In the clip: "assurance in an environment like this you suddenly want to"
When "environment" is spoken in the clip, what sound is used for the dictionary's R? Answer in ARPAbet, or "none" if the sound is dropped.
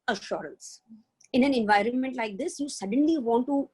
R